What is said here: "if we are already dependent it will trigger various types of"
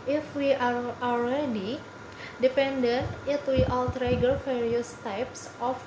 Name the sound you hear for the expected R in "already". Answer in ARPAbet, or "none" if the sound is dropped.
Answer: L